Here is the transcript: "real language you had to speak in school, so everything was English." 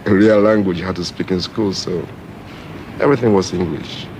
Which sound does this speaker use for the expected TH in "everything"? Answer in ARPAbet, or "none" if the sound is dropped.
TH